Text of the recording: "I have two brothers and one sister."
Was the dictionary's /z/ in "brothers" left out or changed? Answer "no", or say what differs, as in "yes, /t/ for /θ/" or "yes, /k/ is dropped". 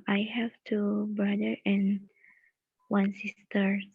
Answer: yes, /z/ is dropped